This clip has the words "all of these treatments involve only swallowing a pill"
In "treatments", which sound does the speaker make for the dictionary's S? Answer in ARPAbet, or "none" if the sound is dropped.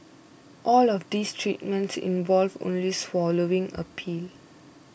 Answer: S